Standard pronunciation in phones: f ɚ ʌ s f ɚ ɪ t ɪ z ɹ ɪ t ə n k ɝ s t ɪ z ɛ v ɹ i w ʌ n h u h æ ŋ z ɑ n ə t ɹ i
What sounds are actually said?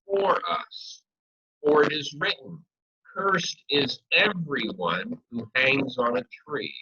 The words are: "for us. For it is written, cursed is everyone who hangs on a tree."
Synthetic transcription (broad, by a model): f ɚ ʌ s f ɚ ɪ t ɪ z ɹ ɪ t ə n k ɝ s t ɪ z ɛ v ɹ i w ʌ n h u h æ ŋ z n ə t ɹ i